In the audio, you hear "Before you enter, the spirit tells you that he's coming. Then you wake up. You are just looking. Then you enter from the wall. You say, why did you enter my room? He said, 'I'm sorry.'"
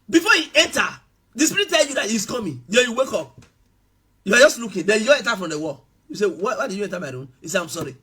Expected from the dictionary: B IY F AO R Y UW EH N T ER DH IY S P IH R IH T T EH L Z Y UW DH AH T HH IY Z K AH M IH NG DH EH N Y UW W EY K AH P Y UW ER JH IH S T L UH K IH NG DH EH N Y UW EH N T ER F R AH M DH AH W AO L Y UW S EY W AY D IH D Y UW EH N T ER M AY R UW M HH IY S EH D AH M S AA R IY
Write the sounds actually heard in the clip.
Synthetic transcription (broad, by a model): B IY F AO Y UW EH N T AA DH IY S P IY R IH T T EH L Y UW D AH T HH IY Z K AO M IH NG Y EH Y UW W EY K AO P Y UW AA JH IH S T L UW K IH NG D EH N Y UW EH N T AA F R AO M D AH W AO L Y UW S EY W AY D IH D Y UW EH N T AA M AY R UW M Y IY S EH AH M S AA R IY